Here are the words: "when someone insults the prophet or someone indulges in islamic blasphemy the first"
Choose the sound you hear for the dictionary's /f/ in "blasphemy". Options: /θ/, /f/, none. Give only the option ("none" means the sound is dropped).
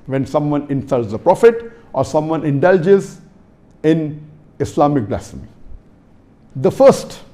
none